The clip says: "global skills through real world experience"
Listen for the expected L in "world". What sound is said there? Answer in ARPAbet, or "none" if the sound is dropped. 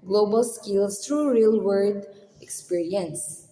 none